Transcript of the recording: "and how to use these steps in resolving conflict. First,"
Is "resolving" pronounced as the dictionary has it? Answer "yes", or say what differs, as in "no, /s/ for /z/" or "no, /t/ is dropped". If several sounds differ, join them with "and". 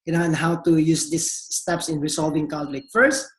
no, /s/ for /z/